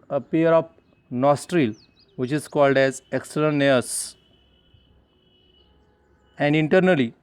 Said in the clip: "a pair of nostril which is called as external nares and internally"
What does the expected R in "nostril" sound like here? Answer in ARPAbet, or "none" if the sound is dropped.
R